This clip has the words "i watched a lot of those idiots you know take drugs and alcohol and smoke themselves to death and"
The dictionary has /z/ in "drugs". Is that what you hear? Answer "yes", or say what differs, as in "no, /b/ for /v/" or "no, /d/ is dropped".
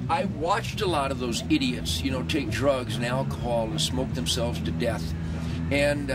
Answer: yes